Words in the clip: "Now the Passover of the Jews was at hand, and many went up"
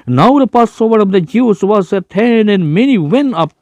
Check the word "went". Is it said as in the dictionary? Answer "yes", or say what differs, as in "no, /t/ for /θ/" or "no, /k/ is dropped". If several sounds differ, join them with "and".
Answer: no, /t/ is dropped